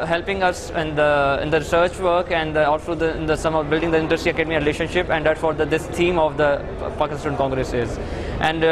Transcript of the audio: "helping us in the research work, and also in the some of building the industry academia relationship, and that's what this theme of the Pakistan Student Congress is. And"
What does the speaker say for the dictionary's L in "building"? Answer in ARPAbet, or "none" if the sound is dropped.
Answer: L